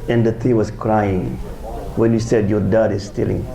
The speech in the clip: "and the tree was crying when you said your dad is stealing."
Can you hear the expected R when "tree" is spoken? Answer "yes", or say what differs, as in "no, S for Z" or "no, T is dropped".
no, R is dropped